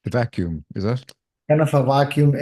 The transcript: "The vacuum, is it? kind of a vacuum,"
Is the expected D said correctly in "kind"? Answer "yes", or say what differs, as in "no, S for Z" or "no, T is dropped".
no, D is dropped